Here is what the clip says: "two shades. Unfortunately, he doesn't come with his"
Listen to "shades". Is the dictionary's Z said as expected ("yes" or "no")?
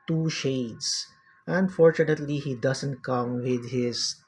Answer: no